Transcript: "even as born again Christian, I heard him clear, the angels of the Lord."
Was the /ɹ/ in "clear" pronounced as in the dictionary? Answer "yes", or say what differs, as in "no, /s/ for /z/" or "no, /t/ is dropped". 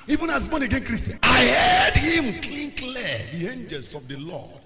no, /l/ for /ɹ/